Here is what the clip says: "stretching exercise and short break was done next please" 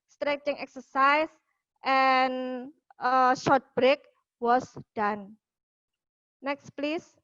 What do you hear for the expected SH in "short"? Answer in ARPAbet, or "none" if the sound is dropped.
SH